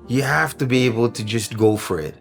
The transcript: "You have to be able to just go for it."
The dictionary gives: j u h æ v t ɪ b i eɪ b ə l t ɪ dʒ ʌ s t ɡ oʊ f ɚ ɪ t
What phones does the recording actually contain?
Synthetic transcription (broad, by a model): j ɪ h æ f t ɪ b i eɪ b l t ɪ dʒ ʌ s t ɡ oʊ f ɚ ɪ t